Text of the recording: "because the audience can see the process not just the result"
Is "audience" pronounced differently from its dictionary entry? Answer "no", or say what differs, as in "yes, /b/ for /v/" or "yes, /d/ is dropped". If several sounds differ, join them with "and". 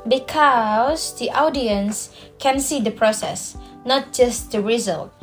no